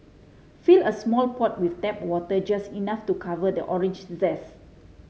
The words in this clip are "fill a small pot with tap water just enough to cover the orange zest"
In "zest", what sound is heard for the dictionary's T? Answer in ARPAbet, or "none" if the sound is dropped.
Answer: none